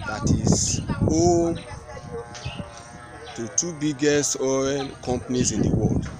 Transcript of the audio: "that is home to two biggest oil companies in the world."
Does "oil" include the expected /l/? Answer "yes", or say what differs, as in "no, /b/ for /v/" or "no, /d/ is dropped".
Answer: no, /n/ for /l/